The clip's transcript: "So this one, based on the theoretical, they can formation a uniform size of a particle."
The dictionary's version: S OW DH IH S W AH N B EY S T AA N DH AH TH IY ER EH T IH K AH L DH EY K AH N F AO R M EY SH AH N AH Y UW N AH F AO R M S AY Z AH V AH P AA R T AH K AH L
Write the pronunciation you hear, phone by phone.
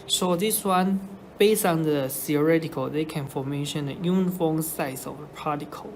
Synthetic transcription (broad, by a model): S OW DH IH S W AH N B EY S AA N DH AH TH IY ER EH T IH K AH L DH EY K AH N F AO M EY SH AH N AH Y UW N F AO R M S AY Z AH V AH P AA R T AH K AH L